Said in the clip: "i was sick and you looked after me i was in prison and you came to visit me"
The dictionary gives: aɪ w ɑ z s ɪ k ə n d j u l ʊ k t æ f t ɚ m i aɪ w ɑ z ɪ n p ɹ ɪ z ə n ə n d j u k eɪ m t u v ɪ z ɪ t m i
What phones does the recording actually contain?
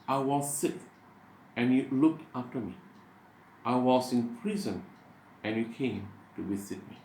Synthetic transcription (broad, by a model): aɪ w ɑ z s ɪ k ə n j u l ʊ k t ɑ f t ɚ m i aɪ w ɑ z ɪ n p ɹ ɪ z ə n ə n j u k eɪ m t u w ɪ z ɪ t m i